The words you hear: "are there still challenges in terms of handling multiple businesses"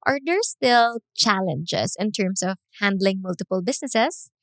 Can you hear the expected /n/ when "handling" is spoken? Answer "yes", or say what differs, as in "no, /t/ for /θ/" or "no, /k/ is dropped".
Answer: yes